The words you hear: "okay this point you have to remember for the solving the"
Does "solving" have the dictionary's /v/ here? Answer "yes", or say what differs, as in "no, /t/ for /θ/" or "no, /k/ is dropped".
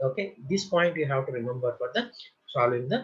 no, /v/ is dropped